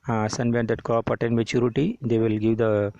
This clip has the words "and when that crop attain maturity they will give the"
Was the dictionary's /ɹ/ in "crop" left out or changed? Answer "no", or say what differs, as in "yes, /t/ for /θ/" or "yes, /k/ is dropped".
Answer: yes, /ɹ/ is dropped